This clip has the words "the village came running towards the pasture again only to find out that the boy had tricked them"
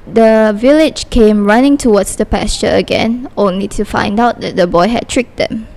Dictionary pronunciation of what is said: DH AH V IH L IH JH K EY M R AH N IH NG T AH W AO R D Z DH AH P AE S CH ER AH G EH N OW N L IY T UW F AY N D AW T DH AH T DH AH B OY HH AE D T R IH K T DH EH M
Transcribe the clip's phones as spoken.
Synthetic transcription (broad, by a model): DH AH V IH L IH JH K EY M R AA N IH NG T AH W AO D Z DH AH P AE S CH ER AH G EH N OW N L IY T UW F AY N D AW T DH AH T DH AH B OY HH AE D T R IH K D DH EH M